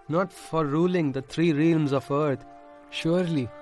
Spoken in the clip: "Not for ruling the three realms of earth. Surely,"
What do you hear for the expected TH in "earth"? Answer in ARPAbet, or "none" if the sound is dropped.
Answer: T